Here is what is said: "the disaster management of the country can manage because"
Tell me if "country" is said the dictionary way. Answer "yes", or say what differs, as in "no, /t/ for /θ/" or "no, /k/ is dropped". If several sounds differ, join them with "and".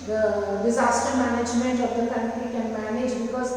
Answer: no, /ɹ/ is dropped